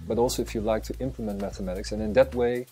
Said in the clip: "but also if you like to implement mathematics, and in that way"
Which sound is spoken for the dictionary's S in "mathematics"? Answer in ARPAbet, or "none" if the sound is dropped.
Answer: S